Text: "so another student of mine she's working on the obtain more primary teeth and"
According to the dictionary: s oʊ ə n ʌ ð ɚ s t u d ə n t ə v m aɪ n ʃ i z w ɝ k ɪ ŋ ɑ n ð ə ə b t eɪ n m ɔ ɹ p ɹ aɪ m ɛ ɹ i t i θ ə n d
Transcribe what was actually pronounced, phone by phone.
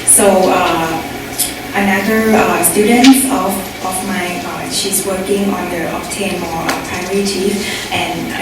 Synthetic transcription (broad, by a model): s oʊ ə n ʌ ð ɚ s t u d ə n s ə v m aɪ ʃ i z w ɝ k ɪ ŋ ɑ n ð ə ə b t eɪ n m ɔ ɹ p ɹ aɪ ɔ ɹ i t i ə n